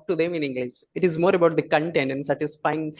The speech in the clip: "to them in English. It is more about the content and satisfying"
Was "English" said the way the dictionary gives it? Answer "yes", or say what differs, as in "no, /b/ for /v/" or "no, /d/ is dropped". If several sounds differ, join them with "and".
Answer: no, /s/ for /ʃ/